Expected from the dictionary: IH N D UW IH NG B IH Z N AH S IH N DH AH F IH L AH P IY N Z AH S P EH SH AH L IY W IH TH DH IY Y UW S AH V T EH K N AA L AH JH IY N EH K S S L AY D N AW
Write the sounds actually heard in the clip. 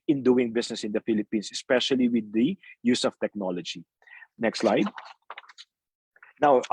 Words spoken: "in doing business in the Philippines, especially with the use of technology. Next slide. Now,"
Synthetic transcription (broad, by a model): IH N D UW IH NG B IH S N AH S IH N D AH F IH L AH P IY N S AH S P EH SH AH L IY W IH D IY Y UW S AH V T EH K N AA L AH JH IY N EH K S S L AY D N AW